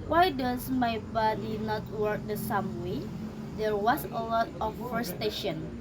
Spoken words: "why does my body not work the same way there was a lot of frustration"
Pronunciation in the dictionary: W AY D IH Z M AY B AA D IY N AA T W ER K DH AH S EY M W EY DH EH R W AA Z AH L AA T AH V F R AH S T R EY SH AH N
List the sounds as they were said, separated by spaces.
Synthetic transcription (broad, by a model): W AY D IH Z M AY B AA D IY N AA T W ER K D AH S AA M W EY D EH R W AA S AH L AA T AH F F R S T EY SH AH N